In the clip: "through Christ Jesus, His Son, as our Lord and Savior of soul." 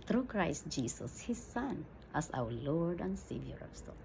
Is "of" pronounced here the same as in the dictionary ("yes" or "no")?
no